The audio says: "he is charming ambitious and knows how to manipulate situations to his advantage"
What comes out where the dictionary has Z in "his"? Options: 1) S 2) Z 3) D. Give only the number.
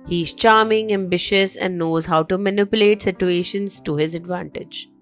2